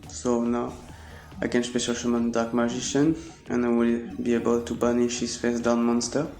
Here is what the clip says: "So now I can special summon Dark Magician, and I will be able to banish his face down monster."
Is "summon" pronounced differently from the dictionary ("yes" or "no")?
yes